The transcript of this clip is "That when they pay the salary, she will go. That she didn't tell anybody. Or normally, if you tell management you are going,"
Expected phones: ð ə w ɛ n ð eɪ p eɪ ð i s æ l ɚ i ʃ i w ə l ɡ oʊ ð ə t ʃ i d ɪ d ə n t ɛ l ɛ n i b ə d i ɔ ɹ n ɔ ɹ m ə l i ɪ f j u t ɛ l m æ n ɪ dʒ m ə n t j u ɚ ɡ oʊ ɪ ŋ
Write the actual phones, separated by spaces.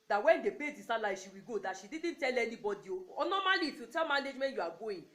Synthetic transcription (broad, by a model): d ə w ɛ n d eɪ b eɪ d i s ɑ l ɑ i ʃ i w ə ɡ oʊ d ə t ʃ i d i d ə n t ɛ l ɛ n i b ə d i ɔ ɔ n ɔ m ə l i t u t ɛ m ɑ n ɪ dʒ m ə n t j u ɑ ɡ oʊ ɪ